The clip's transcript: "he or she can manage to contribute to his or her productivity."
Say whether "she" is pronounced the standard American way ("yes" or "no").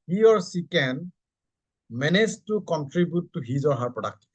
no